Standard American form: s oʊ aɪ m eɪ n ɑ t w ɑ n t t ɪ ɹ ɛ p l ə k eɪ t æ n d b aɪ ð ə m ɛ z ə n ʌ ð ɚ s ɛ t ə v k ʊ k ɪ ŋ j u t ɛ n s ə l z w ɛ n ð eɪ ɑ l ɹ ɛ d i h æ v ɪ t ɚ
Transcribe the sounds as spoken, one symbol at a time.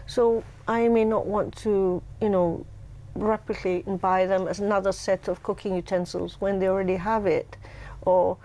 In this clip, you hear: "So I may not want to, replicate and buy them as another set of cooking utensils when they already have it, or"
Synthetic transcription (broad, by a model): s oʊ aɪ m eɪ n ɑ t w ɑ n t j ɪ ɹ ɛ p ə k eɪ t n b aɪ ð ə m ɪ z ə n ʌ ð ɚ s ɛ t ə v k ʊ k ɪ ŋ j u t ɛ n s ə l z w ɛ n ð eɪ ɑ l ɹ ɛ d i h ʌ v ɪ t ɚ